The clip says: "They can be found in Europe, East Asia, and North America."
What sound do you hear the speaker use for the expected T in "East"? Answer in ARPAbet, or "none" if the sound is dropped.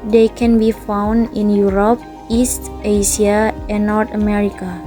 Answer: T